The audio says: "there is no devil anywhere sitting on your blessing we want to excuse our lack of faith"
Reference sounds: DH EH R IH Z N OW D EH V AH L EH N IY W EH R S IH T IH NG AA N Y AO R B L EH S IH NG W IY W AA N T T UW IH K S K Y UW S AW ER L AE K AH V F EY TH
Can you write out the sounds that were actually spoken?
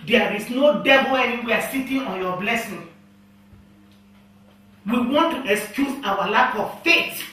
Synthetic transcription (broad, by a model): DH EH R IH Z N OW D EH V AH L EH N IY W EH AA S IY T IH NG AA N Y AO B L EH S IH NG W IY W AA N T T UW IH K S K Y UW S AW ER L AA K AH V F EY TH